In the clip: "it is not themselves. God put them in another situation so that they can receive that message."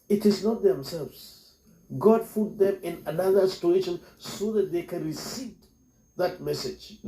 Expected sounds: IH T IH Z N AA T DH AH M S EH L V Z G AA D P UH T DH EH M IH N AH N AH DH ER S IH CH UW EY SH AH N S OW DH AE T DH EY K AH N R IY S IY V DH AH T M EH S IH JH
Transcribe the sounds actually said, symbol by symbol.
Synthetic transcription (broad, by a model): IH T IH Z N AA T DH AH M S EH L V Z G AA D F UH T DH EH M IH N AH N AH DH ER S IH CH UW EY SH AH N S OW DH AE T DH EY K AH N R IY S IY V DH AH T M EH S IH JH